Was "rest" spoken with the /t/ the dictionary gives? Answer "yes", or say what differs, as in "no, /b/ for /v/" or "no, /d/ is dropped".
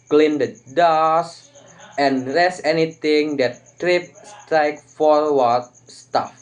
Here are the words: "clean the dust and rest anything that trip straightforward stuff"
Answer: no, /t/ is dropped